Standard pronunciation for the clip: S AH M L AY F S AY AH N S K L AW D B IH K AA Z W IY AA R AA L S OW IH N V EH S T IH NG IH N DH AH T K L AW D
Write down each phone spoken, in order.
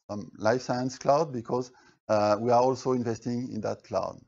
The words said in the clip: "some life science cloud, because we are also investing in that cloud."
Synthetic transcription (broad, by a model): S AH M L AY F S AY AH N S K L AW D B IH K AA Z W IY AA R AA L S OW IH N V EH S T IH NG IH N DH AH T K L AW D